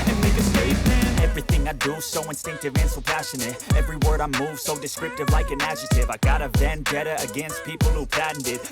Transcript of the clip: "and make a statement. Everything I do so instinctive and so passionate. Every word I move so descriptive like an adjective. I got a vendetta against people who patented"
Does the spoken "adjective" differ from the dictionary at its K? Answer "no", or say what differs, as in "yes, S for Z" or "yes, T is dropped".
yes, K is dropped